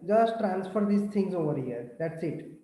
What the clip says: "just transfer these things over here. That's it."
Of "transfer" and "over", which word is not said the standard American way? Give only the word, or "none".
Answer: none